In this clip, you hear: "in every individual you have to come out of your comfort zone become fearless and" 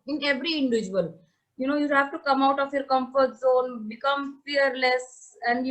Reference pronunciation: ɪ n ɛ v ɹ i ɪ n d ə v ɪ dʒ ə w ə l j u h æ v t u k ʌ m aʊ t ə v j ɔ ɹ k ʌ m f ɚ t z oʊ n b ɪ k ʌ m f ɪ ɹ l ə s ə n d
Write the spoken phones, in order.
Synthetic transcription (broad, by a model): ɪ n ɛ v ɹ i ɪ n d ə v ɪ dʒ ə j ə n j u h æ v t u k ʌ m aʊ t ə f j ɔ ɹ k ʌ m f ɚ t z oʊ n b ɪ k ʌ m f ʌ ɹ l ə s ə n d